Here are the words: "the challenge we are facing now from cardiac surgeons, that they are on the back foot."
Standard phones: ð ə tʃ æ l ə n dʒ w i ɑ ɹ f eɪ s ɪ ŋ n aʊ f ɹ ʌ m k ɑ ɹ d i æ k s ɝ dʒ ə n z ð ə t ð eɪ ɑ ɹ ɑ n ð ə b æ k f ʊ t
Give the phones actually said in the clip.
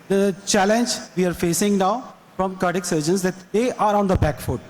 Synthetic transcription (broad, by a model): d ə tʃ æ l ə n dʒ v i ɑ ɹ f eɪ s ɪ ŋ n aʊ f ɹ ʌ m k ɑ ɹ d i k s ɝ dʒ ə n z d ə t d eɪ ɑ ɹ ɑ n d ə b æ k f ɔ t